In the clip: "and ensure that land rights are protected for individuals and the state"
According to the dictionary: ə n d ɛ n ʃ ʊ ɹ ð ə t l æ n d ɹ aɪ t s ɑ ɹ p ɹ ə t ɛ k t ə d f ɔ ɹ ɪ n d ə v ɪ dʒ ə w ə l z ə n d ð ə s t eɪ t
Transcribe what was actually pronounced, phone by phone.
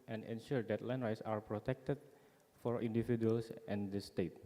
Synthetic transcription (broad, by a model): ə n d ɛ n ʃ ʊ ɹ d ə t l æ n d ɹ aɪ t s ɑ ɹ p ɹ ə t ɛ k t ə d f ɔ ɹ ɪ n d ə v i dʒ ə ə l s ə n d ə s t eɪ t